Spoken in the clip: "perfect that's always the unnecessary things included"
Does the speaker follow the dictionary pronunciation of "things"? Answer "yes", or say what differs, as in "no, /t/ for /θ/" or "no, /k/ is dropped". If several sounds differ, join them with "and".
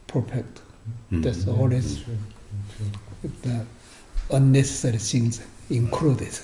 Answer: no, /s/ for /θ/